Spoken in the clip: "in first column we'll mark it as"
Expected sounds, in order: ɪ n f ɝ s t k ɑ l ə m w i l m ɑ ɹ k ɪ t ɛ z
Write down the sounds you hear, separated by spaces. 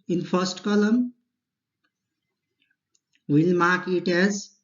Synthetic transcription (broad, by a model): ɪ n p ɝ s t k ɑ l ə m w i l m ɑ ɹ k ɪ t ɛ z